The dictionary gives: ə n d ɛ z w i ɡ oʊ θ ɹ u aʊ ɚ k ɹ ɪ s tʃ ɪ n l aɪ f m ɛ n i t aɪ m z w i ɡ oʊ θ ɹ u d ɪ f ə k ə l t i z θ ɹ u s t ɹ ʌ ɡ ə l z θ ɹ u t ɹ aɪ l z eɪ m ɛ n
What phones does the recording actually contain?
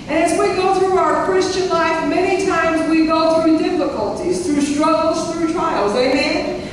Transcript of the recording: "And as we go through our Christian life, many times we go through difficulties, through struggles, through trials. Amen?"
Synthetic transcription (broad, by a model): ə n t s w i ɡ oʊ θ ɹ u aʊ ɚ k ɹ ɪ s tʃ ɪ n l aɪ f m ɛ n i t aɪ m z w i ɡ oʊ θ ɹ u d ɪ f ə k ə l t i z θ ɹ u s t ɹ ʌ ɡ l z θ ɹ u t ɹ aɪ l z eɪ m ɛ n